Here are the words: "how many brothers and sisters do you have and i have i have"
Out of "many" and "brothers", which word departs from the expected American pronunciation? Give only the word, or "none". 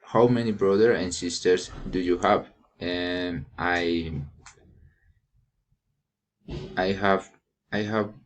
brothers